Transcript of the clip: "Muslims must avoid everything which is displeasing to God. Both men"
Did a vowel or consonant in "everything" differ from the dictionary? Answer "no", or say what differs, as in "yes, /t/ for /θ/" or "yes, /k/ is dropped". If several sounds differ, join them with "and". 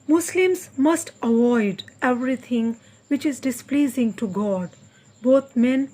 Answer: yes, /t/ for /θ/